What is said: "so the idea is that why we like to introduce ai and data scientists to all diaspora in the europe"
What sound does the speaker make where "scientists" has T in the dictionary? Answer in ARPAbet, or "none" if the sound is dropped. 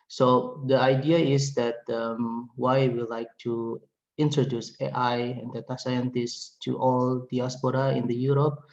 T